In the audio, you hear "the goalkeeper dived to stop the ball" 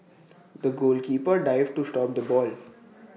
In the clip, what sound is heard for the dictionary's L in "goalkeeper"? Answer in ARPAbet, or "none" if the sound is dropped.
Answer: L